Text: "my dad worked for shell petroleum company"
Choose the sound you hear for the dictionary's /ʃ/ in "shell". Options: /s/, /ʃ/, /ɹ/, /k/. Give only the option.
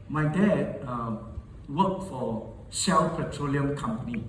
/s/